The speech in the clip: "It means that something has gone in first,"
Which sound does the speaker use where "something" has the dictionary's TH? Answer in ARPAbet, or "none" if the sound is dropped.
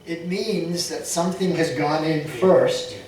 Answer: TH